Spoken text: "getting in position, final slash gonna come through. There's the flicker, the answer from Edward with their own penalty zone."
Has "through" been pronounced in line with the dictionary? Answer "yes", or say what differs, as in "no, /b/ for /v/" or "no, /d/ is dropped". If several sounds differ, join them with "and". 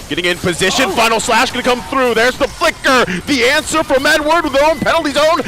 yes